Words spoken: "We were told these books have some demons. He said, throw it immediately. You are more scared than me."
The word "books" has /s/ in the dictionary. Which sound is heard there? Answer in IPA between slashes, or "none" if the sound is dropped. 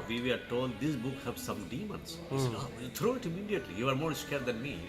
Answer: none